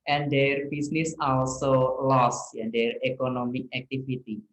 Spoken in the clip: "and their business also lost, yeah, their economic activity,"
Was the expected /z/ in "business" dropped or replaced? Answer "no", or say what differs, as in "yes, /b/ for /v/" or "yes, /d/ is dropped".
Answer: yes, /s/ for /z/